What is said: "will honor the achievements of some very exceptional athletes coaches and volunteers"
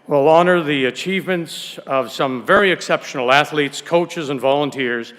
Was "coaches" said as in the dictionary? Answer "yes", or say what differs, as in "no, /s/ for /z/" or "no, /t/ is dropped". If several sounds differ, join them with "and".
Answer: yes